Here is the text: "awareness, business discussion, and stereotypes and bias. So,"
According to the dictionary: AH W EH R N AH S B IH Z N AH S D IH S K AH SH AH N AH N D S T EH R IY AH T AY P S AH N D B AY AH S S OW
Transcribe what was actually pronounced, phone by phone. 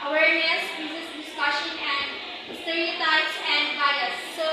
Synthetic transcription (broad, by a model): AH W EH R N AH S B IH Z AH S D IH S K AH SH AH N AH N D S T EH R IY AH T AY S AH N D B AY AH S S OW